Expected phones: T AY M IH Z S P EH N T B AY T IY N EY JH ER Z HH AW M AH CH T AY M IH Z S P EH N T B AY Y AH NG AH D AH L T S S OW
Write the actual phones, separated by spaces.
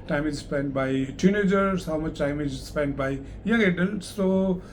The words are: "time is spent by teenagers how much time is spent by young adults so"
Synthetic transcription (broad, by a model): T AY M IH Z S P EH N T B AY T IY N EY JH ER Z HH AW M AH CH T AY M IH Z S P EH N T B AY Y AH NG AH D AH N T S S OW